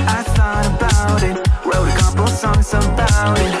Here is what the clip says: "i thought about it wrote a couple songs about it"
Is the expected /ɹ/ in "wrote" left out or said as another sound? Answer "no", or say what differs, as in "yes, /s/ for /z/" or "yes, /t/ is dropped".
yes, /w/ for /ɹ/